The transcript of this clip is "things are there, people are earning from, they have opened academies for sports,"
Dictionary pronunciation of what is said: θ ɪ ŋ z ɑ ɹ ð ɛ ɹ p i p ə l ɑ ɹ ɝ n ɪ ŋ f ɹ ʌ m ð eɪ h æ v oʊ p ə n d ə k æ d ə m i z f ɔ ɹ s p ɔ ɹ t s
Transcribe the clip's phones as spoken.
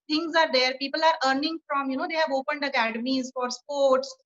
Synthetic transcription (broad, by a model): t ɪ ŋ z ɑ ɹ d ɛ ɹ p i p ə l ɑ ɹ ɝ n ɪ ŋ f ɹ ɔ m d eɪ h æ v oʊ p ə n d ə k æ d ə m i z f ɔ ɹ s p ɔ ɹ t s